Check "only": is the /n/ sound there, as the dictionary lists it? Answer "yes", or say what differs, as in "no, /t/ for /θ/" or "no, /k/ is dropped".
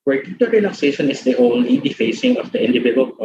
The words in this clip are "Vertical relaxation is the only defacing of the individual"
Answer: yes